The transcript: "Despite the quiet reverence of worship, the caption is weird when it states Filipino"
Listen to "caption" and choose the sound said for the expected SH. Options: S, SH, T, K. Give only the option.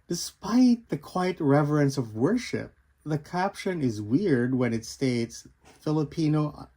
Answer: SH